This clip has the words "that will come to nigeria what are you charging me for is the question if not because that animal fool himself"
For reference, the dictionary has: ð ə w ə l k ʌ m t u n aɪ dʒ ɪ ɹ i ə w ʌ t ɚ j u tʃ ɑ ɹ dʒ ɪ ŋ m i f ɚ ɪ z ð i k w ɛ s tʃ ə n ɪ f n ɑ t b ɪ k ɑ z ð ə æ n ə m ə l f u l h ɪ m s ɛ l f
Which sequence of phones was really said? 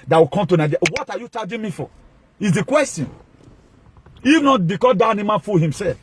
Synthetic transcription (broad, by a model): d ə w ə k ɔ m t u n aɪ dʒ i w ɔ t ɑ j u tʃ ɑ dʒ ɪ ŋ m i f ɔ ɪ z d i k w ɛ s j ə n ɪ f n ɑ t b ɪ k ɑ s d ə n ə m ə n f u l h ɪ m s ɛ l f